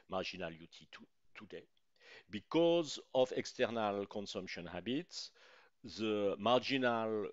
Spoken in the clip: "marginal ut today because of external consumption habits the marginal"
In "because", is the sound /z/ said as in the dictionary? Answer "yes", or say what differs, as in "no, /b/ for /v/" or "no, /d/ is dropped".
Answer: yes